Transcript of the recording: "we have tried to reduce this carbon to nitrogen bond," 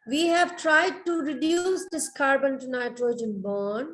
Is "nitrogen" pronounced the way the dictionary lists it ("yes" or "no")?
yes